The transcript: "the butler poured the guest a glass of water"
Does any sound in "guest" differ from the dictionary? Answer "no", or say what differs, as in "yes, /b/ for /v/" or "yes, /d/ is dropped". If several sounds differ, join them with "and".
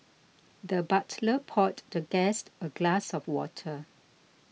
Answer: no